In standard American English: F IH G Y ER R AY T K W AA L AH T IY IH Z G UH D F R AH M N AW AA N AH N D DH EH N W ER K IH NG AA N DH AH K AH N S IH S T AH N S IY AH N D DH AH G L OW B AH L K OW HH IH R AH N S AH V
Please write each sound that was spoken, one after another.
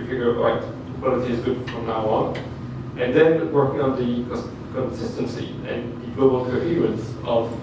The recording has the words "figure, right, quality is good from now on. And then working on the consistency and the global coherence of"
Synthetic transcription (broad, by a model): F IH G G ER L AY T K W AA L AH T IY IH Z G UH D F R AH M N AW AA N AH N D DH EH N W ER K IH NG AA N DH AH K AH N S IH S T AH N S IY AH N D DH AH G L OW B AH L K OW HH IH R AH N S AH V